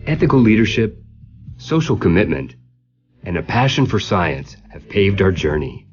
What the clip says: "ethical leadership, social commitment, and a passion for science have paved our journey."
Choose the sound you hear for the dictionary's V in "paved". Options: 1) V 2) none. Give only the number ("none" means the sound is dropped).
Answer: 1